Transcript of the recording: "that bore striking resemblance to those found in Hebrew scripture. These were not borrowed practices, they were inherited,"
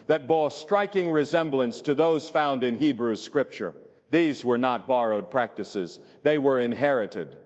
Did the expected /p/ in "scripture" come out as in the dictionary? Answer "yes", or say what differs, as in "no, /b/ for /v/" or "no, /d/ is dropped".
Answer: yes